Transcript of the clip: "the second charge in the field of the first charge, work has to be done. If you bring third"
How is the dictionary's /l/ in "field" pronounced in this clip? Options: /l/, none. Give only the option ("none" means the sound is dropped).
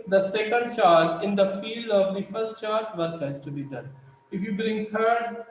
/l/